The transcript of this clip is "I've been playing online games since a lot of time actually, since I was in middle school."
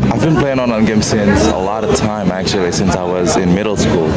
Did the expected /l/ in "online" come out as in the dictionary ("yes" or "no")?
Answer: no